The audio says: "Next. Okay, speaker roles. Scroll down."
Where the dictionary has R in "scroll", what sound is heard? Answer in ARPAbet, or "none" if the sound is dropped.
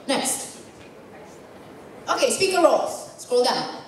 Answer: none